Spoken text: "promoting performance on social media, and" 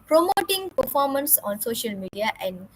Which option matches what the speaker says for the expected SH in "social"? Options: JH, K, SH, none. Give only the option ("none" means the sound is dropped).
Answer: SH